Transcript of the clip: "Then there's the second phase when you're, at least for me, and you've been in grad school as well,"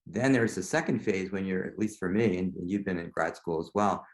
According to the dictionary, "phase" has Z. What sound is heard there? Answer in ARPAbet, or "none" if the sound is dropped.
Z